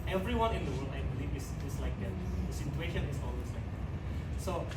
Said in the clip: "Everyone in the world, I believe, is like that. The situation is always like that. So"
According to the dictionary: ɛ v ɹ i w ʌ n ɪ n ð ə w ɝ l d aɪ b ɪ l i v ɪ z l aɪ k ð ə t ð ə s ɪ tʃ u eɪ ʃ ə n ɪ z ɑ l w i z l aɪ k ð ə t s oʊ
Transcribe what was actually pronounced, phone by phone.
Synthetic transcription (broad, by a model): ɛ v ɹ i w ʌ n ɪ n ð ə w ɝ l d aɪ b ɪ l i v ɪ s l aɪ k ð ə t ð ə s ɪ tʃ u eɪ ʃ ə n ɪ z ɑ l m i s l aɪ k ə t s oʊ